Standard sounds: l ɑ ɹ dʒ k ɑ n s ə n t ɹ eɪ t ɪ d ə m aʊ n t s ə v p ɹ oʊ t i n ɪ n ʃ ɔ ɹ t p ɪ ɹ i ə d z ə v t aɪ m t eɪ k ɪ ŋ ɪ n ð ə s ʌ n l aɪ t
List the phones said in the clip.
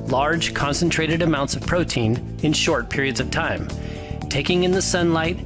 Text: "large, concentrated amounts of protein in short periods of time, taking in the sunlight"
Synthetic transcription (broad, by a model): l ɑ ɹ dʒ k ɑ n s ə n t ɹ eɪ t ɪ d ə m aʊ n t s ə v p ɹ oʊ t i n ɪ n ʃ ɔ ɹ t p ɪ ɹ i ə d z ə v t aɪ m t eɪ k ɪ ŋ ɪ n ð ə s ʌ n l aɪ t